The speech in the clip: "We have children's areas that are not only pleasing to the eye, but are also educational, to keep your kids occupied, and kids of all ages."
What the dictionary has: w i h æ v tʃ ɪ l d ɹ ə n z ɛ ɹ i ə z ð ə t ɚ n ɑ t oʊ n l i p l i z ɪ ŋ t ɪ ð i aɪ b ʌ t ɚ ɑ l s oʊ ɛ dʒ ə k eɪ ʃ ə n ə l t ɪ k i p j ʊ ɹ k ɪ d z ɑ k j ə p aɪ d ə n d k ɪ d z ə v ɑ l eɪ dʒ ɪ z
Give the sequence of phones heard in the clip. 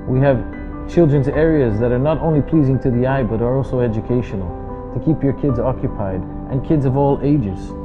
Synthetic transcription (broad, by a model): w i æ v tʃ ɪ l d ɹ ə n z ɛ ɹ i ə z ð ə t ɚ n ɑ t oʊ n l i p l i z ɪ ŋ t ɪ ð i aɪ b ʌ t ɚ ɑ l s oʊ ɛ dʒ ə k eɪ ʃ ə n l t ɪ k i p j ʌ ɹ k ɪ d z ɑ k j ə p aɪ d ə n k ɪ d z ə v ɑ l eɪ dʒ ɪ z